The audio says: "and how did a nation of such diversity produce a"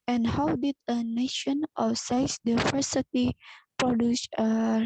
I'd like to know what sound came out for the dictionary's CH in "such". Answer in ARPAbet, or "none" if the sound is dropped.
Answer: S